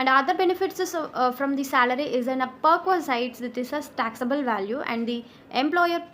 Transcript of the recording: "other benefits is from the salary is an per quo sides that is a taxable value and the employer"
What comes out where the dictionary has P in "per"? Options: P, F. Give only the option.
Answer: P